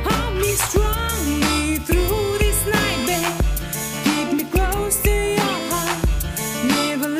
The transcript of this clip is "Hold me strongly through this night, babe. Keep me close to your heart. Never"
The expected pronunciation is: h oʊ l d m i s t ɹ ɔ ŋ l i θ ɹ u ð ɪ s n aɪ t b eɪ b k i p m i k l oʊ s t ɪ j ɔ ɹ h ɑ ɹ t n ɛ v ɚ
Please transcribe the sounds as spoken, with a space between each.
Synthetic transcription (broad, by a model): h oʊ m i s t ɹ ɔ l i θ ɹ u ð ɪ s n aɪ t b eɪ k i p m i k l oʊ s t ɪ j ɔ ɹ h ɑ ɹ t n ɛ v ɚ